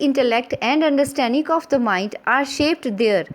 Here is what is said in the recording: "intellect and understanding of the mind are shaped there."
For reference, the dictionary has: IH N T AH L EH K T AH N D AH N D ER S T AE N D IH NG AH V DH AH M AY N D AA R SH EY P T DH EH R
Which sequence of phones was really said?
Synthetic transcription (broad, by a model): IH N T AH L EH K T AH N D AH N D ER S T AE N D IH NG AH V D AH M AY N D AA R SH EY P T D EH R